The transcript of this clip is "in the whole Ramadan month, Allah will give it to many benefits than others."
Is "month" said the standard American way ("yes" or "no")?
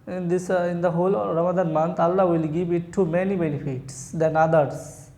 no